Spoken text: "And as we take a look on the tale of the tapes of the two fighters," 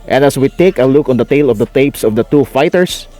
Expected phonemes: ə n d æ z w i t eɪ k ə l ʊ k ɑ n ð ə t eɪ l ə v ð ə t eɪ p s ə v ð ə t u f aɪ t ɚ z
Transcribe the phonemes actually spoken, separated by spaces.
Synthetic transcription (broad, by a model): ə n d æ s w i t eɪ k ə l ʊ k ɑ n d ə t eɪ l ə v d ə t eɪ p s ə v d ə t u f aɪ t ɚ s